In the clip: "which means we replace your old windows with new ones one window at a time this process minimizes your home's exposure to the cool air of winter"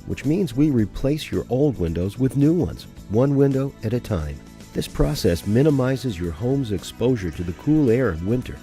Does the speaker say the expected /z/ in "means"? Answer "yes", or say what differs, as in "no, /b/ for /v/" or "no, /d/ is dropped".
yes